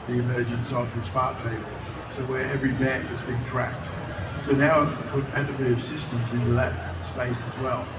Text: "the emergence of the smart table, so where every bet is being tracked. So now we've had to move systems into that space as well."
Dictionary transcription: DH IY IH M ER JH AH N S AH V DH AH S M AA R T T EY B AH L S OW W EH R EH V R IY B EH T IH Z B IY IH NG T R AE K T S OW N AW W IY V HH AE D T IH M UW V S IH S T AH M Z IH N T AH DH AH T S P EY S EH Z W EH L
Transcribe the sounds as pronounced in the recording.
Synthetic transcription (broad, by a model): DH IY IH M ER JH AH N S AH V DH AH S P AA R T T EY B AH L S OW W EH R EH V R IY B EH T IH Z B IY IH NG T R AE K T S OW N AW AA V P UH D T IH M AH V S IH S T AH M Z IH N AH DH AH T S P EY S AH Z W EH L